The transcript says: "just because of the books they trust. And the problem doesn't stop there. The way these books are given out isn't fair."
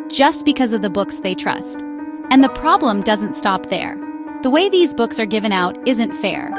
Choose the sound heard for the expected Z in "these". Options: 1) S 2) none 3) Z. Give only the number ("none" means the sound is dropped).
3